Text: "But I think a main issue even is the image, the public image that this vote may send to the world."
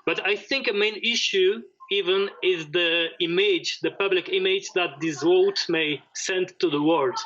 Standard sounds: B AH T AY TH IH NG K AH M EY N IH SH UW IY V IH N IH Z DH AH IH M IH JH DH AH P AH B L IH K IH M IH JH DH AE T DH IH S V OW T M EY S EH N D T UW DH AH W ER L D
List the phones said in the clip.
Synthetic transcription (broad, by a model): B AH T AY TH IH NG K AH M EY N IH SH UW IY V IH N IH Z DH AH IH M IH JH DH AH P AH B L IH K IH M IH JH DH AE T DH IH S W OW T M EY S EH N D T UW DH AH W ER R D